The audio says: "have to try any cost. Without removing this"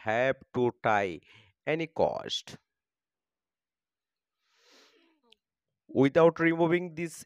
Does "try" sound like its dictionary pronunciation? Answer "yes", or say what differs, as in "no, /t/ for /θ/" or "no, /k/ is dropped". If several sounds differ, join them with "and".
no, /ɹ/ is dropped